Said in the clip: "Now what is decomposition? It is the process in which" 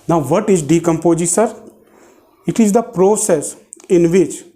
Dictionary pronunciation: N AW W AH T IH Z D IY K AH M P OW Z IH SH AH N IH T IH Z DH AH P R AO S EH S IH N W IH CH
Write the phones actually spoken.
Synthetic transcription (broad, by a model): N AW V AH T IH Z D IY K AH M P OW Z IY S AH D IH T IH Z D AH P R AO S EH S IH N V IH CH